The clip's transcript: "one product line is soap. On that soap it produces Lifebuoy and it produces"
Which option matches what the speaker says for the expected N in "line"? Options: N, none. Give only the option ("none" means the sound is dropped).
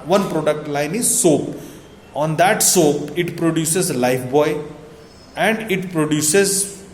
N